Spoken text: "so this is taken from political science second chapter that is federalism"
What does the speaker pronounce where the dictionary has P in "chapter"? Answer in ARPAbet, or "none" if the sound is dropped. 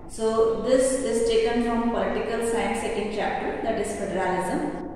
P